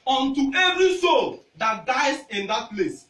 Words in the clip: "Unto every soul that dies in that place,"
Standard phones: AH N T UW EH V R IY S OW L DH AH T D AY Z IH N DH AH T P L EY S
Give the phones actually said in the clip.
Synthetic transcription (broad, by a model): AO N T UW EH V R IY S OW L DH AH T D AY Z IH N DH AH T P L EY S